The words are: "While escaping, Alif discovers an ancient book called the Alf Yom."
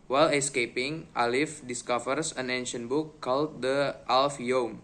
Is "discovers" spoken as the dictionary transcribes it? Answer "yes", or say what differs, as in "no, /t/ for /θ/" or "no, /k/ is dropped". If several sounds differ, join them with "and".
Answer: no, /s/ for /z/